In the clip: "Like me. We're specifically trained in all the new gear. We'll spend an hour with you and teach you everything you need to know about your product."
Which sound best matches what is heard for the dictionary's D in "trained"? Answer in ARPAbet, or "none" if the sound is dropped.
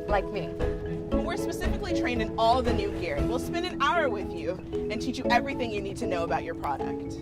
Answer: none